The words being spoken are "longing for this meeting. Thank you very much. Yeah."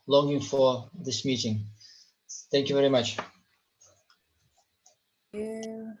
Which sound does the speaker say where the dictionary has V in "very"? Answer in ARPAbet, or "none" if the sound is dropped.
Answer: V